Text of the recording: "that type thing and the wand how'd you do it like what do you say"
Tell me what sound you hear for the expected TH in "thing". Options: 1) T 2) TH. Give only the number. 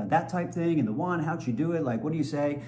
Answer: 2